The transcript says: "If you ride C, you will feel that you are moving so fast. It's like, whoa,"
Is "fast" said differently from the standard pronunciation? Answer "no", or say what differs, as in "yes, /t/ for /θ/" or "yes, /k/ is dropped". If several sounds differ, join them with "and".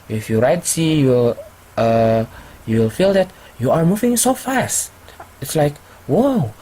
no